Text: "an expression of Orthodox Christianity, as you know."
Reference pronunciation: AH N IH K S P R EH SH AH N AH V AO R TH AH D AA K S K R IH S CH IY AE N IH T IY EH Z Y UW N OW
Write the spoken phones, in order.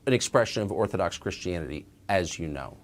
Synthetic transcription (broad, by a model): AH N IH K S P R EH SH AH N AH V AO R TH AH D AA K S K R IH S CH IY AE N IH T IY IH Z Y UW N OW